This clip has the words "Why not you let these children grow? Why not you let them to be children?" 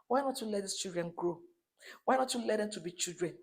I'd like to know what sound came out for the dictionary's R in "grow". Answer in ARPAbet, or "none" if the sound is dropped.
none